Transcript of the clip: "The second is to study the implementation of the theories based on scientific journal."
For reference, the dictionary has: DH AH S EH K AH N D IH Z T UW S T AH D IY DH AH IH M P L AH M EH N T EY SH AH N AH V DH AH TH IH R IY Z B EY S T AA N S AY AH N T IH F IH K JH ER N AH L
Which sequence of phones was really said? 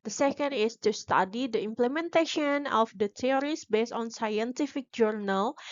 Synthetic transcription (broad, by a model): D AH S EH K AH N D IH S T UW S T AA D IY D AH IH M P L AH M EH N T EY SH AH N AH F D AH T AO R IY S B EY S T AA N S AY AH N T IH F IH K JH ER N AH L